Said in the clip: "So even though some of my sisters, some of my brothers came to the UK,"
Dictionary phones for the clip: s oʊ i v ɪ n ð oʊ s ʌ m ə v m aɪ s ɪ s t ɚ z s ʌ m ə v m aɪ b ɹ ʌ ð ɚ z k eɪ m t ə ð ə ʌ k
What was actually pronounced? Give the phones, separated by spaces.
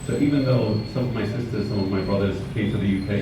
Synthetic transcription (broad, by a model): s oʊ i v ɪ n ð oʊ s ʌ m ə v m aɪ s ɪ s t ɚ z s ʌ m ə v m aɪ b ɹ ʌ ð ɚ z k eɪ m t ə ð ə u k